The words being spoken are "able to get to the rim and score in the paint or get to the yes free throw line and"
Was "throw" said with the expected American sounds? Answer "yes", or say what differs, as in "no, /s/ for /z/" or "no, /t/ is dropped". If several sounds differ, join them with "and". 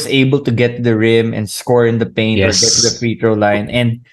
no, /t/ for /θ/